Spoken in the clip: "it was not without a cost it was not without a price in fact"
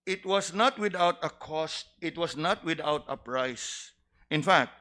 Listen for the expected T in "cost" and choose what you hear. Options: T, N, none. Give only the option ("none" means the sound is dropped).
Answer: T